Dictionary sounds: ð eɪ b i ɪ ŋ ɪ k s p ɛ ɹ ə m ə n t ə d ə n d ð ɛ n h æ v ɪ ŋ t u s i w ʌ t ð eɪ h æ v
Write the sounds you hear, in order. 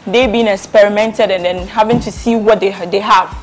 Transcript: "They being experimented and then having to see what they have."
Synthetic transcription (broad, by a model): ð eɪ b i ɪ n ɪ k s p ɛ ɹ ə m ə n t ə d ə n d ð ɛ n h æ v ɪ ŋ t u s i w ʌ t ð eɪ h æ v